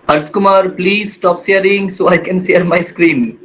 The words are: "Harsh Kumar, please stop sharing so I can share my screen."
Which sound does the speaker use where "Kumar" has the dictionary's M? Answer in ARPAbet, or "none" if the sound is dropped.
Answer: M